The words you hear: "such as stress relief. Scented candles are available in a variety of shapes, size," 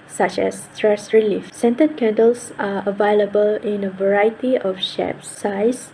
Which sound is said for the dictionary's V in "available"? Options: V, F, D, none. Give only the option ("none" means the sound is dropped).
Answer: V